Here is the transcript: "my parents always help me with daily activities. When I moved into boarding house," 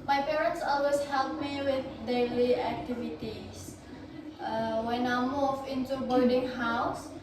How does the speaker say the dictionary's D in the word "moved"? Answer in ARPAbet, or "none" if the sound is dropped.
none